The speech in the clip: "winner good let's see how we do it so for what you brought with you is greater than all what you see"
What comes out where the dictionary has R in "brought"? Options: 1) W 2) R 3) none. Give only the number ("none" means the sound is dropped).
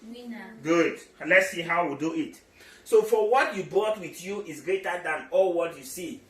3